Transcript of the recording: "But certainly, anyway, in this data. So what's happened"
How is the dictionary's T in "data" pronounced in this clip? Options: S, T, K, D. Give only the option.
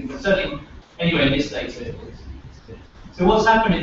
S